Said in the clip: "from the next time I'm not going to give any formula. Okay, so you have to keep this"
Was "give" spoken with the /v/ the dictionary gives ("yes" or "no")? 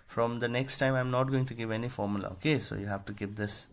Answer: yes